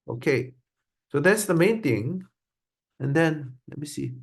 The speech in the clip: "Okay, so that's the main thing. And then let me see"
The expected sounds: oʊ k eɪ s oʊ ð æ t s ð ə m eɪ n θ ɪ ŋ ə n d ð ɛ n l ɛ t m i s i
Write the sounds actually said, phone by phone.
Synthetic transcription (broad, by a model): oʊ k eɪ s oʊ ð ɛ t s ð ə m eɪ n t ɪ ŋ ə n d ɛ n l ɛ t m i s i